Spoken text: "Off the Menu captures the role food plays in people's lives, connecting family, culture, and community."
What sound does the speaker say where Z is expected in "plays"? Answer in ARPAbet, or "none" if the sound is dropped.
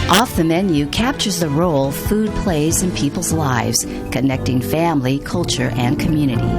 Z